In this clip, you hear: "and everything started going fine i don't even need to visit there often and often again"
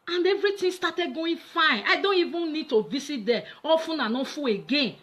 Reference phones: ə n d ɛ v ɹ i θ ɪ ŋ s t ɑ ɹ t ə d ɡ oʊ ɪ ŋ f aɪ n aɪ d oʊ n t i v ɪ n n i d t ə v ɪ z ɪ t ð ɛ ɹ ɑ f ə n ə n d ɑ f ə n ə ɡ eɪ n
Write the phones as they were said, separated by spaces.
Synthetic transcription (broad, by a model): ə n d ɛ v ɹ i t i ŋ s t ɑ t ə d ɡ oʊ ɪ f aɪ n aɪ d oʊ n t i v ɪ n n i d t ə v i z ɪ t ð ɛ ɑ f ə n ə n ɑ f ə ə ɡ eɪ n